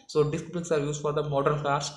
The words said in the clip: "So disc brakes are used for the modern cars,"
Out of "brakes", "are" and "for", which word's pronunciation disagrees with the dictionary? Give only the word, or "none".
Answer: brakes